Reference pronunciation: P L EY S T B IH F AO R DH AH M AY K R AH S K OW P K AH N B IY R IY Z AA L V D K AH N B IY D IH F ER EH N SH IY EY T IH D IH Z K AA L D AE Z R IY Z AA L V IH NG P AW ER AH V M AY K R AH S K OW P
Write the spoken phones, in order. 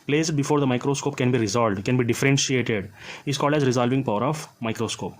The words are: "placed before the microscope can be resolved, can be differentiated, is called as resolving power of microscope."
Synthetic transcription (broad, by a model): P L EY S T B IH F AO R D AH M AY K R AH S K OW P K AH N B IY R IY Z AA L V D K AH N B IY D IH F ER EH N SH IY EY T IH D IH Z K AA L D AE Z R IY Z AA L V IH NG P AW ER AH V M AY K R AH S K OW P